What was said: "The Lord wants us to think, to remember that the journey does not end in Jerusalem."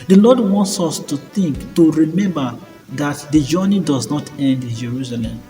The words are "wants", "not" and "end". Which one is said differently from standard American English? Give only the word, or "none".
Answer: none